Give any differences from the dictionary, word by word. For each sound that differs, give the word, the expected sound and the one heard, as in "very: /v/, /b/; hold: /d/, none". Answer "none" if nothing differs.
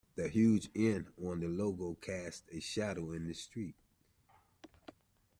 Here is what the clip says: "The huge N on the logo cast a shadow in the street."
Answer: none